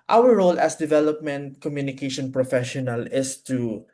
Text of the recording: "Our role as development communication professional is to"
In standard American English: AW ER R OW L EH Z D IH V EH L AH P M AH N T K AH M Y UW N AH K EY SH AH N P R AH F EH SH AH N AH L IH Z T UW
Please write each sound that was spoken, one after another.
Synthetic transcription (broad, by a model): AW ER R OW L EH S D IH V EH L AH P M AH N T K AH M Y UW N AH K EY SH AH N P R AH F EH SH AH N AH L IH S T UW